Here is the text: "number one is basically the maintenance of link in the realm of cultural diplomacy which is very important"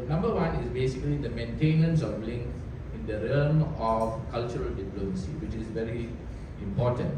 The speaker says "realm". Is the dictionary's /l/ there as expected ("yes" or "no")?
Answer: no